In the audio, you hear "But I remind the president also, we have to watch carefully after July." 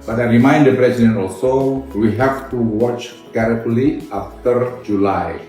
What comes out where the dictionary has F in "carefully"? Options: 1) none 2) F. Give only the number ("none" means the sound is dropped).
1